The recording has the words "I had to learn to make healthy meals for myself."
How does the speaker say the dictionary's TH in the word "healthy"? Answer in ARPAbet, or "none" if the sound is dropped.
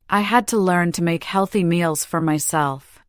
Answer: TH